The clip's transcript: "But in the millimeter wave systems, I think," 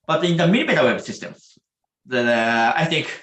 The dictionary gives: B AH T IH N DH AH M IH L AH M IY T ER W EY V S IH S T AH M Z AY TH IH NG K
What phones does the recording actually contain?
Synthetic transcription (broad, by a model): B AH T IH N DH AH M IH N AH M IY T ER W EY B S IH S T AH M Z AY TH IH NG K